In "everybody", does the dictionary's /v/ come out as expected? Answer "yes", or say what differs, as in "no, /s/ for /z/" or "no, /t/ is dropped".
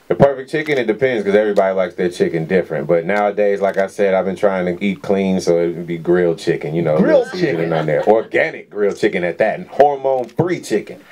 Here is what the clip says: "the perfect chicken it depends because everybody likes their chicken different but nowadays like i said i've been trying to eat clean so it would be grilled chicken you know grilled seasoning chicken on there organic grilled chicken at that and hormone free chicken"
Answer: yes